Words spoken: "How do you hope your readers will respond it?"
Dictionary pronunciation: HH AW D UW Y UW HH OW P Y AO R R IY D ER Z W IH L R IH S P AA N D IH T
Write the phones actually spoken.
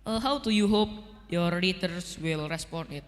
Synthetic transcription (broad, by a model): HH AW D UW Y UW HH OW P Y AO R R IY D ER S W IH L R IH S P AA N IH T